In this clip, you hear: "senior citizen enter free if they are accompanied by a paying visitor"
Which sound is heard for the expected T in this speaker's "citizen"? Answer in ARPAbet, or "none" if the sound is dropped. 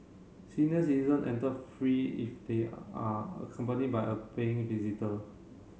S